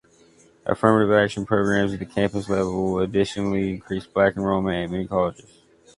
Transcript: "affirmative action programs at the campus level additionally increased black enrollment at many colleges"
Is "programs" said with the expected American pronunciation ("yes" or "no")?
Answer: yes